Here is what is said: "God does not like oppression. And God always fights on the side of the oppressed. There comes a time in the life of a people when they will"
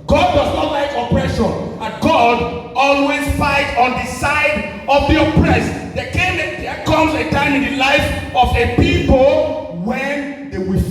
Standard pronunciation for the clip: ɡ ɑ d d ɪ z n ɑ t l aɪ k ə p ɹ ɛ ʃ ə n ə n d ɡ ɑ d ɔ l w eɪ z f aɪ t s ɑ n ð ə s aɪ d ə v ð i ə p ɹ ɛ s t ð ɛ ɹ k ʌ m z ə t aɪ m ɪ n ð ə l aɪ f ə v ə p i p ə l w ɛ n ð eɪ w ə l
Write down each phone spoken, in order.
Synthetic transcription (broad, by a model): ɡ ɑ d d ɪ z n ɑ t l aɪ k ə p ɹ ɛ ʃ ə n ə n ɡ ɑ d ɔ l w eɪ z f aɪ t ɑ n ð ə s aɪ d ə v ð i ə p ɹ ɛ s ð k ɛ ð k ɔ m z ə t aɪ m ɪ n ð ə l aɪ f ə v ə p i p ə l w ɛ n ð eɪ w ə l